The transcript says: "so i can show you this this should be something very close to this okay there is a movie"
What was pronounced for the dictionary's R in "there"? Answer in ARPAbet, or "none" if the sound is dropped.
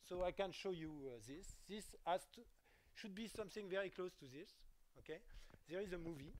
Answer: R